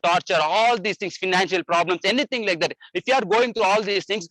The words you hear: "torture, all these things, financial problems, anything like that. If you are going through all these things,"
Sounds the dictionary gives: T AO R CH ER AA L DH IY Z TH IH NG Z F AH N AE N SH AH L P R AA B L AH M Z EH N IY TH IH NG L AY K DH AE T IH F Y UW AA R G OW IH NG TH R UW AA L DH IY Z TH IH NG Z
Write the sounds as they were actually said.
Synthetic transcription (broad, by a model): T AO R CH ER AA L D IY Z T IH NG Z F AH N AE N SH AH L P R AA B L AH M S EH N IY T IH NG L AY K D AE T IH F Y UW AA R G OW IH NG T R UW AA L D IY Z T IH NG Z